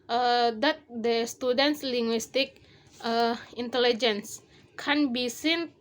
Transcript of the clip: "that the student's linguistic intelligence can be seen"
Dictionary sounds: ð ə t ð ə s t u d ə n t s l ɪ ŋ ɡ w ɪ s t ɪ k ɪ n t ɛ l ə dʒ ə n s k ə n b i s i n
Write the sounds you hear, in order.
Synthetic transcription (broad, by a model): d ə t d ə s t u d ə n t s l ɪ ŋ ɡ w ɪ s t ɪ k ɪ n t ɛ l ə dʒ ə n s k ə n b i s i n